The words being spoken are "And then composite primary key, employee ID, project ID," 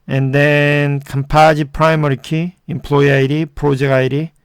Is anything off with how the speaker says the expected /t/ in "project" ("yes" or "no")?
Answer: yes